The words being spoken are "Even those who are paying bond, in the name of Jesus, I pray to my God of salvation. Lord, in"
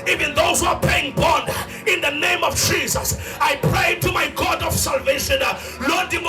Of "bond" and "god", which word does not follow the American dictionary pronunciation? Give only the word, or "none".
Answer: bond